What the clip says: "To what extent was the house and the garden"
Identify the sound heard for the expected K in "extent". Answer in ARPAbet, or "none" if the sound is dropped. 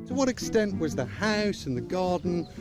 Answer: K